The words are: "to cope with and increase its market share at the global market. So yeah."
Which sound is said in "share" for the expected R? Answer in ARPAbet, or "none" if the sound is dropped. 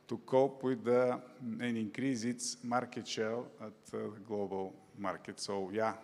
L